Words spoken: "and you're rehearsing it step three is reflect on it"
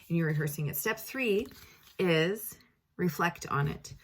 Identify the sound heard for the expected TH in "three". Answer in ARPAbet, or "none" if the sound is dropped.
TH